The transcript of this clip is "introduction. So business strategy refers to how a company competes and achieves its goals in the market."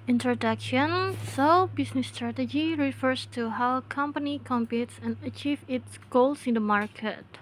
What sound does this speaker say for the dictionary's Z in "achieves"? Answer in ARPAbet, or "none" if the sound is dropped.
none